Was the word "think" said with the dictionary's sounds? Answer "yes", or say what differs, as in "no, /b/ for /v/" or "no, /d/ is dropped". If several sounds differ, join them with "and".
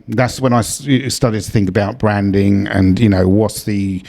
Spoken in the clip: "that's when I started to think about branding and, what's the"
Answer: yes